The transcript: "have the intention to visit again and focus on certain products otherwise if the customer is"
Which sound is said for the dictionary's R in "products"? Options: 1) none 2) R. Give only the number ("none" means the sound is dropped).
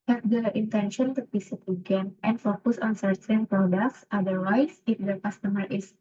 2